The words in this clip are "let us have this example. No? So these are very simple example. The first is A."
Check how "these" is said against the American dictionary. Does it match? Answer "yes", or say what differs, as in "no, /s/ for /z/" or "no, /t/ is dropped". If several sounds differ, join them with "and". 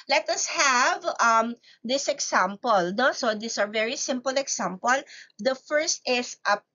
no, /s/ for /z/